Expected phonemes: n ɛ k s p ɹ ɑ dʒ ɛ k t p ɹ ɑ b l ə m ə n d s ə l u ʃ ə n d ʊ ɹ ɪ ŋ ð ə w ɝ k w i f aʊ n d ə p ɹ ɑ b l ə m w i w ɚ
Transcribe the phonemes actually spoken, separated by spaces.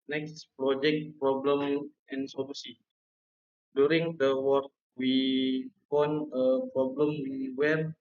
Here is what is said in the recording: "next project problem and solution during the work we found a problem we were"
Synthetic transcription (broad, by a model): n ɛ k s p ɹ ɑ dʒ ɛ k t p ɹ ɑ b l ə m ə n s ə l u s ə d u ɹ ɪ ŋ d ə w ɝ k w i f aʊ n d ə p ɹ ɑ b l ə m w i w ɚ